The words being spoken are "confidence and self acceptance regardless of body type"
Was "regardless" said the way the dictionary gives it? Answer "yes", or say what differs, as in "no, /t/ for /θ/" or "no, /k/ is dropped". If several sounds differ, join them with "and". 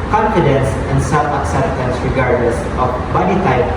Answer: yes